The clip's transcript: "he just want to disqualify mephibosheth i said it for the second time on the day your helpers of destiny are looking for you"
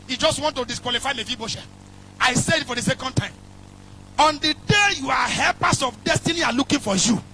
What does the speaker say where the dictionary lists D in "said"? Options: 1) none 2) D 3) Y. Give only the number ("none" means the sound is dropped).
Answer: 1